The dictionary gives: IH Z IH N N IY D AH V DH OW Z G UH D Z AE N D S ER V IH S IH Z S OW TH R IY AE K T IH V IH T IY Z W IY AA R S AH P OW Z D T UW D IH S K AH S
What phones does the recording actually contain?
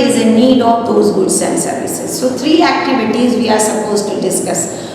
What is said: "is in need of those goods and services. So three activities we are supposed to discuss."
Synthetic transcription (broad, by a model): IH Z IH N N IY D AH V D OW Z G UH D S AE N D S ER V IH S IH Z S OW T R IY AE K T IH V IH T IY Z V IY AA R S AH P OW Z T UW D IH S K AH S